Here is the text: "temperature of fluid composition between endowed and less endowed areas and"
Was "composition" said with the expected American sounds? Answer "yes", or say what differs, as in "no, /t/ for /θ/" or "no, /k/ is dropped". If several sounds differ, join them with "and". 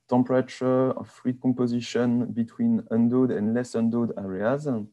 no, /m/ is dropped